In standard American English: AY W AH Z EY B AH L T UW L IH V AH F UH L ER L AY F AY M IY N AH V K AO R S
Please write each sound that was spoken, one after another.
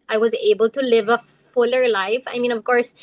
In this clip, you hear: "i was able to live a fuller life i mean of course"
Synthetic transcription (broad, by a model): AY W AH Z EY B AH L T UW L IH V AH F UH L ER L AY F AY M IY N AH V K AO R S